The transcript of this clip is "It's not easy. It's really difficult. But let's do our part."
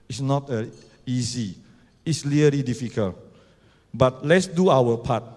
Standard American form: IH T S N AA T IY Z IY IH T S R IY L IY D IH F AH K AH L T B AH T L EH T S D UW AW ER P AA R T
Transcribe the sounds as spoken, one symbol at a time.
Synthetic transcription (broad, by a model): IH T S N AA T IY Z IY IH T S L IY L IY D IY F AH K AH L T B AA T L EH T S D UW AW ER P AA T